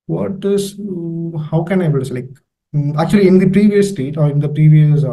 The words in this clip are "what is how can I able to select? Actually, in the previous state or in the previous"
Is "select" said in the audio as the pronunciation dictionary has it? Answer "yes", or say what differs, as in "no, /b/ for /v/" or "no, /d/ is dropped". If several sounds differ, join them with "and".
no, /t/ is dropped